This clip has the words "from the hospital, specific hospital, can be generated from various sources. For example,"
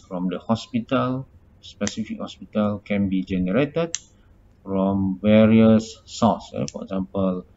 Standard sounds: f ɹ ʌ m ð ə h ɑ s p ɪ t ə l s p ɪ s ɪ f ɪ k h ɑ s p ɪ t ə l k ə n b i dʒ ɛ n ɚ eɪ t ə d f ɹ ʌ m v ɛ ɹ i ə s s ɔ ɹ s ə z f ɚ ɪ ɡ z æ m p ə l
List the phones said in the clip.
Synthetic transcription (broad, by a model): f ɹ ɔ m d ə h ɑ s p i t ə l s p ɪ s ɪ f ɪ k h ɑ s p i t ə l k ə n b i dʒ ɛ n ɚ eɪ t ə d f ɹ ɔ m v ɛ ɹ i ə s s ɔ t s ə f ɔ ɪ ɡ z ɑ m p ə l